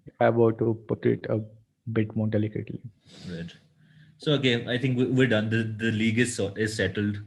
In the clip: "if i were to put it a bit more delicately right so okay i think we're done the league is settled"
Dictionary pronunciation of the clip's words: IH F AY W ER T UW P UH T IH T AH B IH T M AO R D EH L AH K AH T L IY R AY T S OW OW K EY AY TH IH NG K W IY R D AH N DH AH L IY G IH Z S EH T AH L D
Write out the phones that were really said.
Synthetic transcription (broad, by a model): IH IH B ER T UW P UH T IH T AH B IH T M AO R D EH L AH K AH T L IY R AY T S OW OW K EY AY T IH NG K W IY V D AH N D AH L IY G IH Z S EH T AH L D